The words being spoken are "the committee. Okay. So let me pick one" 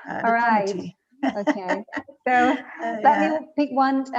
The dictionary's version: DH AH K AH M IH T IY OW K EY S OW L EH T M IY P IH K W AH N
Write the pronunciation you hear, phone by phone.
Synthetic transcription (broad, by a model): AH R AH IH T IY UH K EY S OW L EH T M IY P IH K W AH N